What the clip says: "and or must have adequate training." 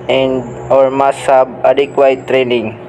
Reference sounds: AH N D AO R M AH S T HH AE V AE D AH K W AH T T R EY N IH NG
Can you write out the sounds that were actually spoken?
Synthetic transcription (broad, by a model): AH N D AO R M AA S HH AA B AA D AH K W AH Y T R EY N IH NG